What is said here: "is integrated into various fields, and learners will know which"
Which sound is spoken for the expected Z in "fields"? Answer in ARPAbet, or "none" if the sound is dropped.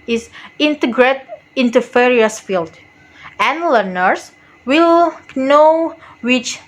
none